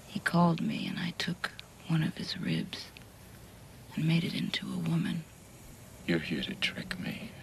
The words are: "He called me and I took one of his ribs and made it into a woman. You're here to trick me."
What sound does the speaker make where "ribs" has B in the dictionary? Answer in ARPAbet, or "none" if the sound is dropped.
B